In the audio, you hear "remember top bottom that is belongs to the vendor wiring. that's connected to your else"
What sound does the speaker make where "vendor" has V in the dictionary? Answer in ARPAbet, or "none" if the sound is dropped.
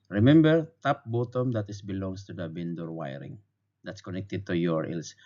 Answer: B